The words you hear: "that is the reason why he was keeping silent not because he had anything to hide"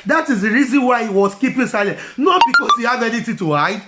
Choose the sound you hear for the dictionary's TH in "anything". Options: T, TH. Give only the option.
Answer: T